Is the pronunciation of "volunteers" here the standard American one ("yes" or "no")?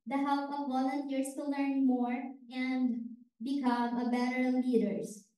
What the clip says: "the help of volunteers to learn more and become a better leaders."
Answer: no